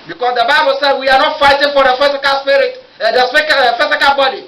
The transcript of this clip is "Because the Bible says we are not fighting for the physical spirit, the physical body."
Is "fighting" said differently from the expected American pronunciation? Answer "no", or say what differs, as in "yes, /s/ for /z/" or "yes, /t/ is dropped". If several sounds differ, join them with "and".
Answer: no